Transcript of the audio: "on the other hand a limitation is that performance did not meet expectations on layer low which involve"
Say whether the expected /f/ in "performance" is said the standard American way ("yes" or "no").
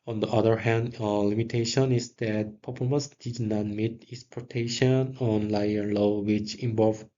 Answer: no